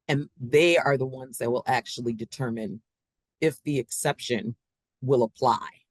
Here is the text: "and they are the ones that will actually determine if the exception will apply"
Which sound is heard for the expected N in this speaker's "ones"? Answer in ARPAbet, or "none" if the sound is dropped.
N